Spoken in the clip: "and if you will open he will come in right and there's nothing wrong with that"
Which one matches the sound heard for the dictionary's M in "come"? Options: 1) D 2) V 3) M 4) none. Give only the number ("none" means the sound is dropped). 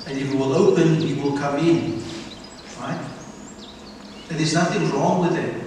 3